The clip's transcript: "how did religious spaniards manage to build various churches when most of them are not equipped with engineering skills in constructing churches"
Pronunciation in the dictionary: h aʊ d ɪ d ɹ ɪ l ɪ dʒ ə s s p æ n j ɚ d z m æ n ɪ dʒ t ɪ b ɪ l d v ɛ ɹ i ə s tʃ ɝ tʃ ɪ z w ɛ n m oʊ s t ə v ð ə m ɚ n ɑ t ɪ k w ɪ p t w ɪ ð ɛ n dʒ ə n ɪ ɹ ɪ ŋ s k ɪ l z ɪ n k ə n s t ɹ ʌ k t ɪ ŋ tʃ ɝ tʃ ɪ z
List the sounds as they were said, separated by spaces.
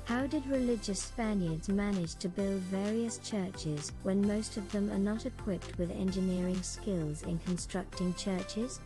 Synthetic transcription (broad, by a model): h aʊ d ɪ d ɹ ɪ l ɪ dʒ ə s s p æ n j ɚ d z m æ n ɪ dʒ t ɪ b ɪ l d v ɛ ɹ i ə s tʃ ɝ tʃ ɪ z w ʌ n m oʊ s t ə v ð ə m ɚ n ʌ t ɪ k w ɪ p t w ɪ ð ɛ n dʒ ə n ɪ ɹ ɪ ŋ s k ɪ l z ɪ n k ə n s t ɹ ʌ k t ɪ ŋ tʃ ɝ tʃ ɪ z